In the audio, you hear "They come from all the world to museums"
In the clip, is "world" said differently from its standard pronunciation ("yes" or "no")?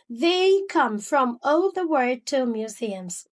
yes